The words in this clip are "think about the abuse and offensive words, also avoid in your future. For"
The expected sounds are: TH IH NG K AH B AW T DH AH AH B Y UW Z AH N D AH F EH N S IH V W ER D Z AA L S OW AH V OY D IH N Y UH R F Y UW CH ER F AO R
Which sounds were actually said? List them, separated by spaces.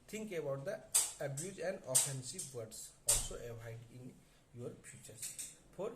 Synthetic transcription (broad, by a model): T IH NG K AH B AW T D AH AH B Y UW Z AH N D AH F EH N S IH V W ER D S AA L S OW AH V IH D IH N Y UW R P Y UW CH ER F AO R